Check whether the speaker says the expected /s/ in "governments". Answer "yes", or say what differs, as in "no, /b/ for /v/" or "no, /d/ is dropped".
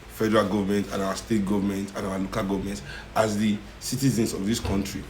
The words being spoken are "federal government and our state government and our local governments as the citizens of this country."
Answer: no, /s/ is dropped